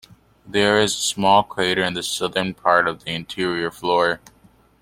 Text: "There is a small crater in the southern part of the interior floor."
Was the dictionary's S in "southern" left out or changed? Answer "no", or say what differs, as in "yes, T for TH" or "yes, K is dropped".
no